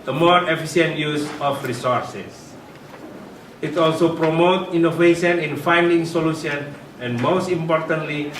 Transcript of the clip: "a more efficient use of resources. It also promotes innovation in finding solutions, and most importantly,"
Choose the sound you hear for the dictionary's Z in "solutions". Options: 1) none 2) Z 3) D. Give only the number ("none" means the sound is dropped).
1